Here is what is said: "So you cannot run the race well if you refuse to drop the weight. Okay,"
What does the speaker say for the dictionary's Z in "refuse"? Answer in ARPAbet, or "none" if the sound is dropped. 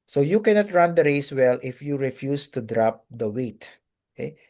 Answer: S